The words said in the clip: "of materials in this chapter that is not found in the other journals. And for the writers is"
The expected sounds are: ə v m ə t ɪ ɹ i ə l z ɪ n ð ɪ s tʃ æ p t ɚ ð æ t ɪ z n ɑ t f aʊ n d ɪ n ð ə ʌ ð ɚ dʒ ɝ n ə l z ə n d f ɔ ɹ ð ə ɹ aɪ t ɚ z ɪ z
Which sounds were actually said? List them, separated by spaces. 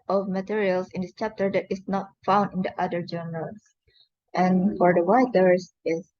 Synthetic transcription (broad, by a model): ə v m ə t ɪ ɹ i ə l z ɪ n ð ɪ s tʃ æ p t ɚ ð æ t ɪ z n ɑ t f aʊ n d ɪ n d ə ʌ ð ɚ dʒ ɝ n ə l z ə n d f ɔ ɹ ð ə w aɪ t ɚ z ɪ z